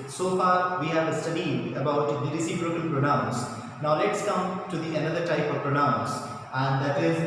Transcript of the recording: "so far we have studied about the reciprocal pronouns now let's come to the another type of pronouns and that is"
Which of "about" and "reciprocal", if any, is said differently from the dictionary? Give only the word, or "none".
reciprocal